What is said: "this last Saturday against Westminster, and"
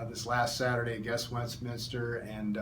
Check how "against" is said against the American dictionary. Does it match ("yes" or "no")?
no